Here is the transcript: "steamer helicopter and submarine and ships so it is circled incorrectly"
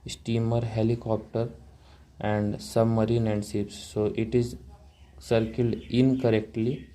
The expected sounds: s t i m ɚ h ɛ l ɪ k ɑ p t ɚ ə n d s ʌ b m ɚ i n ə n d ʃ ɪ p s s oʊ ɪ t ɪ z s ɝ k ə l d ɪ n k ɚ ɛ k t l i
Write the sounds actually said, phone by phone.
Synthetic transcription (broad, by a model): s t i m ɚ h ɛ l ɪ k ɑ p t ɚ ə n d s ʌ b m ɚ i n ə n d s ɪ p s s oʊ ɪ t ɪ z s ɝ k ə l d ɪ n k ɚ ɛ k t l i